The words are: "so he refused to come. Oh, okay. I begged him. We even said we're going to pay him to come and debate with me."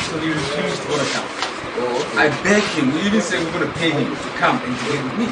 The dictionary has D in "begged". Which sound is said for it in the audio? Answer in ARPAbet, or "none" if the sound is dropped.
none